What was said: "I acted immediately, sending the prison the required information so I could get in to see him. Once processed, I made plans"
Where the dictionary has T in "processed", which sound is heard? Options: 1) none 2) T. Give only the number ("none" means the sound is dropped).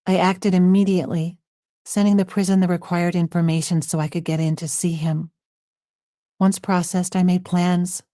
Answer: 2